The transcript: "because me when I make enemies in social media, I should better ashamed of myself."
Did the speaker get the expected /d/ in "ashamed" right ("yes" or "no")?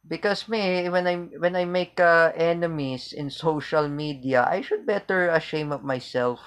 no